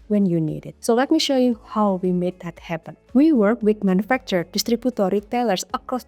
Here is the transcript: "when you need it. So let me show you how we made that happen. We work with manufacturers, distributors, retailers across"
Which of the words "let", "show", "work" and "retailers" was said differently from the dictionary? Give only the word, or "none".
retailers